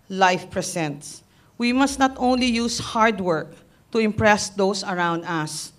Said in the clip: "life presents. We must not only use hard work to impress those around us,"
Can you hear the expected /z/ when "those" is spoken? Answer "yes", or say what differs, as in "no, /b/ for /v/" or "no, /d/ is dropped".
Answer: no, /s/ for /z/